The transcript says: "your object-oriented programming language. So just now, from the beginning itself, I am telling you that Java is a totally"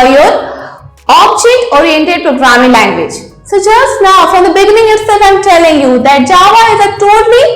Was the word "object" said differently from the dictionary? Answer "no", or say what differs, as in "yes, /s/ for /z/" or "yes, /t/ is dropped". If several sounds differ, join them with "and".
yes, /k/ is dropped